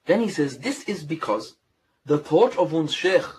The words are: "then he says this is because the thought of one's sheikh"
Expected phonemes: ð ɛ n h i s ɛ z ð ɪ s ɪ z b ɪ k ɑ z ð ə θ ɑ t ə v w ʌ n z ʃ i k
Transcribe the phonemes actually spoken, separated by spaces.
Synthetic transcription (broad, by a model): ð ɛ n h i s ɛ z ð ɪ s ɪ z b ɪ k ɑ z ð ə θ ɑ t ə v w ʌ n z ʃ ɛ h